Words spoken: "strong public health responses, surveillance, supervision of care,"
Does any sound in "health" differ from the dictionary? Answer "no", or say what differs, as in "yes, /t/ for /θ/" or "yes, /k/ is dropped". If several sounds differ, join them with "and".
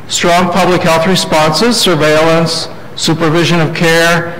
no